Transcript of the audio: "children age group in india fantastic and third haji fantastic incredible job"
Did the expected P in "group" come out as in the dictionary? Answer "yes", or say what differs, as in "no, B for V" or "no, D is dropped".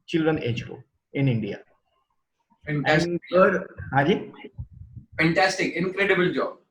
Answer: no, P is dropped